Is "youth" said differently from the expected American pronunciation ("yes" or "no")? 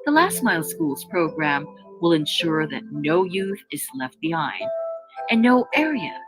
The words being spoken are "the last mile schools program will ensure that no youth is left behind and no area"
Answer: no